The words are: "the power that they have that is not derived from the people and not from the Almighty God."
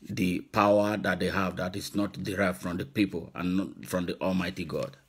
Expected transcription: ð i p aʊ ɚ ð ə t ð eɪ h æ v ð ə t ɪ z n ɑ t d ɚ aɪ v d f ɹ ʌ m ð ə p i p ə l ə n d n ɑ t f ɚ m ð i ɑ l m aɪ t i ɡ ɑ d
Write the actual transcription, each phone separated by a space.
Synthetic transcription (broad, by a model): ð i p aʊ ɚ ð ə t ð eɪ h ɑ v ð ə t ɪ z n ɑ t d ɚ aɪ v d f ɹ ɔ m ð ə p i p ə l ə n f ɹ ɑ m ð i ɑ l m aɪ t i ɡ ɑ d